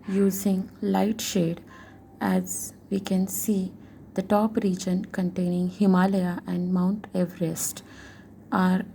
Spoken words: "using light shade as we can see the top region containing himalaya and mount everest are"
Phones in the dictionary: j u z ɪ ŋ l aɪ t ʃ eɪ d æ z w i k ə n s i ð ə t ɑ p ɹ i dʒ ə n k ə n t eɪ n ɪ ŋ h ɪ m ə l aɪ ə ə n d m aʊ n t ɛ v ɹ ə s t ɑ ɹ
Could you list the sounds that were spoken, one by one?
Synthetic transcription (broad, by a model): j u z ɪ ŋ l aɪ t ʃ eɪ d æ z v i k ə n s i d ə t ɑ p ɹ i dʒ ə n k ə n t eɪ n ɪ ŋ h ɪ m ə l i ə ə n d m aʊ n t ɛ v ɹ ə s t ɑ ɹ